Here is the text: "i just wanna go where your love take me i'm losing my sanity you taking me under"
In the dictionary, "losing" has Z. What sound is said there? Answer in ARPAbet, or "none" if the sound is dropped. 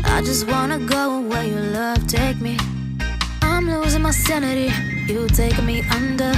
Z